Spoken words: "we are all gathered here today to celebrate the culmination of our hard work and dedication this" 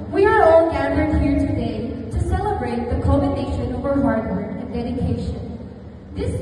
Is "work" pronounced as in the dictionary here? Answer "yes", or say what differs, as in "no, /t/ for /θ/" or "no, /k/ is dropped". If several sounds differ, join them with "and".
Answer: no, /k/ is dropped